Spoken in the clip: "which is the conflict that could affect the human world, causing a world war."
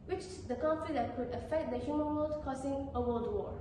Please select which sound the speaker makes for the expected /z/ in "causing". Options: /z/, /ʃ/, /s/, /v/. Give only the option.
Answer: /s/